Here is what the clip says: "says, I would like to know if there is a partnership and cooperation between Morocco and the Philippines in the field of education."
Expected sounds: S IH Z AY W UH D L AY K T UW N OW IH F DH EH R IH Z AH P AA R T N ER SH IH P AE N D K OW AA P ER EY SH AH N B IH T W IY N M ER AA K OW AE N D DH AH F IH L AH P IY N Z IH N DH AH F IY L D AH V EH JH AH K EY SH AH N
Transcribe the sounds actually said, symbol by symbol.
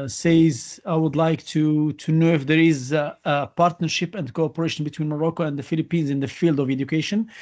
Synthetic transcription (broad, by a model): S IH Z AY W UH D L AY K T UW N OW IH F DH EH R IH Z AH P AA R T N ER SH IH P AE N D K OW AA P ER EY SH AH N B IH T W IY N M ER AA K OW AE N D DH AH F IH L AH P IY N Z IH N DH AH F IY L D AH V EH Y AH K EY SH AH N